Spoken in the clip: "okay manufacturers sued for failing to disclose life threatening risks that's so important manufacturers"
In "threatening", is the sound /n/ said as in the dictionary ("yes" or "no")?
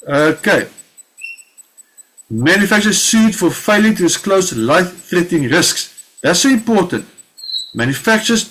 no